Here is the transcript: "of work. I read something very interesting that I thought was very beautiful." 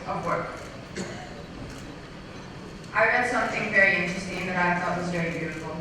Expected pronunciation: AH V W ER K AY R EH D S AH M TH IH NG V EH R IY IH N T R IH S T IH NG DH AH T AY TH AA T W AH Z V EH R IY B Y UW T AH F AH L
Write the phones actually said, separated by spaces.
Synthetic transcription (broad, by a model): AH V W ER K AY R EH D S AH M TH IH NG V EH R IY IH N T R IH S T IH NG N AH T AY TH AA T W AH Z V EH R IY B Y UW T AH F L